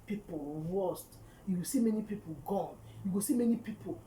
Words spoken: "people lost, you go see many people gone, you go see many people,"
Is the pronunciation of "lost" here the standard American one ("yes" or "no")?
no